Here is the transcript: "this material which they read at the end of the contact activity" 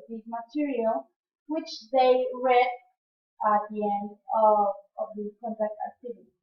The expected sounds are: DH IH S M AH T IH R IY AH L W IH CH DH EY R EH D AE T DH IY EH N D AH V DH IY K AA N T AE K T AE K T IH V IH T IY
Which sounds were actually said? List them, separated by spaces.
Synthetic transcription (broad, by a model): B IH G M AH T IH R IY AH L W IH CH DH EY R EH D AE T DH IY EH N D AH V DH IY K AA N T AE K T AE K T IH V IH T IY